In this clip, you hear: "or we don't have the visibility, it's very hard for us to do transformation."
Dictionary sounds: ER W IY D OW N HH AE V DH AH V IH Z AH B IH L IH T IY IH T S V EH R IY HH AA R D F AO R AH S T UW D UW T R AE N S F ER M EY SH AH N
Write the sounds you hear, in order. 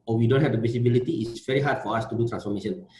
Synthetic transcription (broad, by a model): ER W IY D OW N HH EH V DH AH P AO S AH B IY L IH T IY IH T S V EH R IY HH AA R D F AO R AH S T UW D UW T R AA N S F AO M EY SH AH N